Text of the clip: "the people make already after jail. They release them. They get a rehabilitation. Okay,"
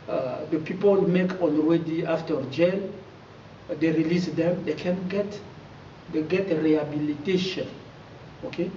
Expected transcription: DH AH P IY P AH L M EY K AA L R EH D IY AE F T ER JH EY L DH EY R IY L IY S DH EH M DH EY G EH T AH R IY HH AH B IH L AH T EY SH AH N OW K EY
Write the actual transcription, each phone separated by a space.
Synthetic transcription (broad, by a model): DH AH P IY P AH L M EY K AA N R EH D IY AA F T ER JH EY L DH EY R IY L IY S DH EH M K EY G EH T AH R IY HH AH B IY L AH T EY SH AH N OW K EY